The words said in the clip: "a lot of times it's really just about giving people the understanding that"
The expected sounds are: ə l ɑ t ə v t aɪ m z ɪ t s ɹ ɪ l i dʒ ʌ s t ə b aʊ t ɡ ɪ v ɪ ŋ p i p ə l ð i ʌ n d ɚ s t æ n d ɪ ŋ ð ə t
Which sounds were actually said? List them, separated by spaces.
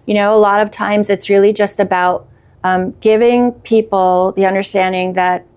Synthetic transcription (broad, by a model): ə l ɑ t ə v t aɪ m z ɪ t s ɹ ɪ l i dʒ ʌ s t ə b aʊ t ɡ ɪ v ɪ ŋ p i p l ð i ʌ n d ɚ s t æ n d ɪ ŋ ð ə t